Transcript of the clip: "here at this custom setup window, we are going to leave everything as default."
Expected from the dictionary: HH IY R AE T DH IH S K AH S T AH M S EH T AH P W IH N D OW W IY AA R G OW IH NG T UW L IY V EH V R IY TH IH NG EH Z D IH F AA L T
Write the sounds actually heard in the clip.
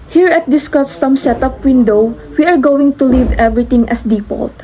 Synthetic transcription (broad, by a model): HH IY R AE T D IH S K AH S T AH M S EH T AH P W IH N D OW W IY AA R G OW IH NG T UW L IY V EH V R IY T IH NG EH S D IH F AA L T